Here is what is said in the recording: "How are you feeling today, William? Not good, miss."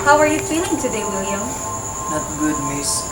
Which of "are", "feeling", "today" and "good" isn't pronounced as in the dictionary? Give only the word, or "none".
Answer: feeling